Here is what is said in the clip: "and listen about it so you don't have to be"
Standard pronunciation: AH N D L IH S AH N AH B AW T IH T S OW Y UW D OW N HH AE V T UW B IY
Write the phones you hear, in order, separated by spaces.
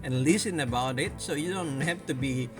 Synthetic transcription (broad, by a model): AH N L IH S AH N AH B AW T IH T S OW Y UW D OW N HH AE F T UW B IY